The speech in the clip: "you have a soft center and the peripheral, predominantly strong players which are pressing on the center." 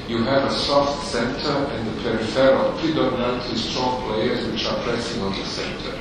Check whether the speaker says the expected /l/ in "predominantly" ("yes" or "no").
no